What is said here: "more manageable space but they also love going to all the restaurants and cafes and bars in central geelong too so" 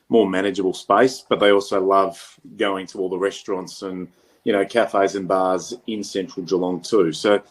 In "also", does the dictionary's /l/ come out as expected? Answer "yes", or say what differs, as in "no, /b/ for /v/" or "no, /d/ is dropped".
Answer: yes